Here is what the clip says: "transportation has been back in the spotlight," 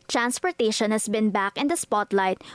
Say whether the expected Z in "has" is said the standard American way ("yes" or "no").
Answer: no